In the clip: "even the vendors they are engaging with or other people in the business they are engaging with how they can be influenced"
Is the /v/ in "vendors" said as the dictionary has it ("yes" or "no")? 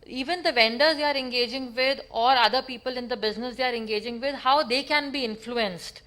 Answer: yes